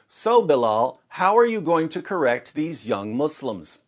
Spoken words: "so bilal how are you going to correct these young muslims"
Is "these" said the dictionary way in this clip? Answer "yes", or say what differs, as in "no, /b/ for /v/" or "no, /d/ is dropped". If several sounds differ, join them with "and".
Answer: yes